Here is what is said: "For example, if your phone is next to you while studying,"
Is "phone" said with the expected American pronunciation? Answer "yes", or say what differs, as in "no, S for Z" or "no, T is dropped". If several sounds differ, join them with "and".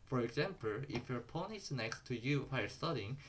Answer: no, P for F